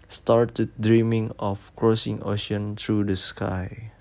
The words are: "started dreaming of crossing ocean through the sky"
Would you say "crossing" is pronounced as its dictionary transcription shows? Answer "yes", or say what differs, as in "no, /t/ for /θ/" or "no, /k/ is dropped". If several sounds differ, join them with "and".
yes